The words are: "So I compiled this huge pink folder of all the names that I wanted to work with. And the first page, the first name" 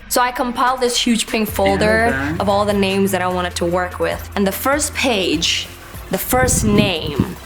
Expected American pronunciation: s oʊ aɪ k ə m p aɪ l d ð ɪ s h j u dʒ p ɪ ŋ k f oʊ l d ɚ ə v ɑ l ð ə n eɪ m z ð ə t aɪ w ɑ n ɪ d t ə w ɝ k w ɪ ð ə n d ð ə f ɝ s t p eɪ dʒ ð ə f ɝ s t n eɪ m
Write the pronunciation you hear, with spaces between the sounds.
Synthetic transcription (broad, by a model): s oʊ aɪ k ə m p aɪ l d ð ɪ s h j u dʒ p ɪ ŋ k f oʊ l d ɚ ə v ɑ l ð ə n eɪ m z ð ə t aɪ w ɑ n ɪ d t ə w ɝ k w ɪ ð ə n ð ə f ɝ s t p eɪ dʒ ð ə f ɝ s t n eɪ m